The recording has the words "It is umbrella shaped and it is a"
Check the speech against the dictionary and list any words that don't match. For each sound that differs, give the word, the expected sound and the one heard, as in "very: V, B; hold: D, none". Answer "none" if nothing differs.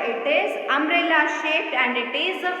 umbrella: B, none; shaped: P, none